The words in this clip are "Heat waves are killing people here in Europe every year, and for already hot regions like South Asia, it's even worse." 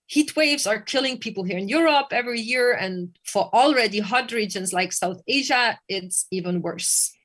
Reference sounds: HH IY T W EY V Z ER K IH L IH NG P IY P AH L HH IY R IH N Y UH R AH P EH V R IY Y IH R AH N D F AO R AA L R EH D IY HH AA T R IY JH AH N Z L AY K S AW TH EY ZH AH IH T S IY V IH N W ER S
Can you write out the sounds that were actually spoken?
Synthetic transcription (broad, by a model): HH IY T W EY V Z ER K IH L IH NG P IY P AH L HH IY R IH N Y UH R AH P EH V R IY Y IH R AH N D F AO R AA L R EH D IY HH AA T R IY JH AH N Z L AY K S AW TH EY ZH AH IH T S IY V IH N W ER S